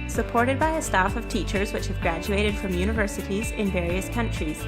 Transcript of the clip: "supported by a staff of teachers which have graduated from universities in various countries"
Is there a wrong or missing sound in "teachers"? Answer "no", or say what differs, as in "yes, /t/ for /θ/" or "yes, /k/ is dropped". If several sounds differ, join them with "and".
no